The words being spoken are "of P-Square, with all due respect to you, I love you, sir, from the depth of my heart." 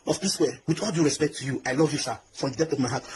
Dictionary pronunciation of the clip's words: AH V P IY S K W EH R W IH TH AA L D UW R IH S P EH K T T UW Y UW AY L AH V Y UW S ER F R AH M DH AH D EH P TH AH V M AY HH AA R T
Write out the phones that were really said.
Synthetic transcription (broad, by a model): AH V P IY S W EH W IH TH AA L D UW R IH S P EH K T T UW Y UW AY L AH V Y UW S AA F R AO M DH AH D EH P T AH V M AY HH AA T